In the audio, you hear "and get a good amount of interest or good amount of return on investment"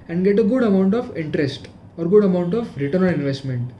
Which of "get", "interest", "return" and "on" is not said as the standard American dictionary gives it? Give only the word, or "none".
on